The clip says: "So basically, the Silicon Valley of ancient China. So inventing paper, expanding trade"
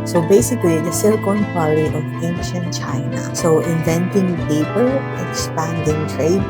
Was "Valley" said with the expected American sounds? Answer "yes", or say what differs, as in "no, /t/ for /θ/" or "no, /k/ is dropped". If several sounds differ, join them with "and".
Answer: no, /p/ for /v/